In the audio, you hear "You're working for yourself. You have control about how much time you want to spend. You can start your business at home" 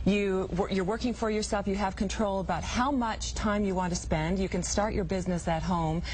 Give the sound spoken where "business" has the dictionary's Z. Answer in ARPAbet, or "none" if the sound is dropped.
Z